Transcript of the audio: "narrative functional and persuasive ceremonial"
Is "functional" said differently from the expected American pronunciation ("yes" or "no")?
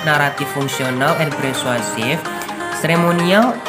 yes